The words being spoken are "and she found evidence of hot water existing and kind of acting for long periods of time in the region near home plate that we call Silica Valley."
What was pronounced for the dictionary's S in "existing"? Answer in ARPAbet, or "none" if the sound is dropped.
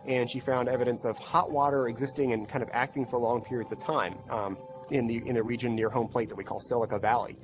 S